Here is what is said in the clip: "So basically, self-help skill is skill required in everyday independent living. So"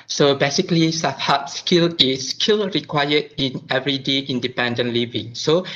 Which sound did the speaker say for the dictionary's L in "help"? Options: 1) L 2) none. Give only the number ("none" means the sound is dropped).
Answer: 2